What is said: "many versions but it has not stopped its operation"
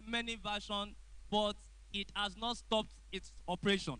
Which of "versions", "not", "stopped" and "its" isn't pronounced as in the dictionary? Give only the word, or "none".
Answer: versions